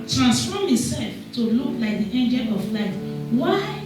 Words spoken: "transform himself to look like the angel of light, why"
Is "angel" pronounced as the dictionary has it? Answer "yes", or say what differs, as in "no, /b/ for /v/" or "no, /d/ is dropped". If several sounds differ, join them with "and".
yes